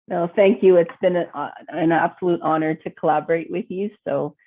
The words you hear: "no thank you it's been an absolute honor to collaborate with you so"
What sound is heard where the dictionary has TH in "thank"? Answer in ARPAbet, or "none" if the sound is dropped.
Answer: TH